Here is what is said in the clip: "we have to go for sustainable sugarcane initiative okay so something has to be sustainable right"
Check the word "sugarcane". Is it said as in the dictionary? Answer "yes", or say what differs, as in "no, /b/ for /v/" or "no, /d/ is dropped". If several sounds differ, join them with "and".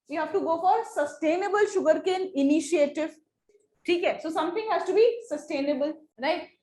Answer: yes